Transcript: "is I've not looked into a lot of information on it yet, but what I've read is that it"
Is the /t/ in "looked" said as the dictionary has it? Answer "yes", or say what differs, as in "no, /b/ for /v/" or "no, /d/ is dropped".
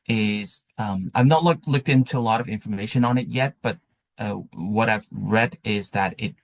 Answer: yes